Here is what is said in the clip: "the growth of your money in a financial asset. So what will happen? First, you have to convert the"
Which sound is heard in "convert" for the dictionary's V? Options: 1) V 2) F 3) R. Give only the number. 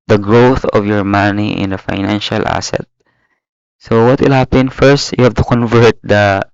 1